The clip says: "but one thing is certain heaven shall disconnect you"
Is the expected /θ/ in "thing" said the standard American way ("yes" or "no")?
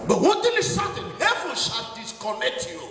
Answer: no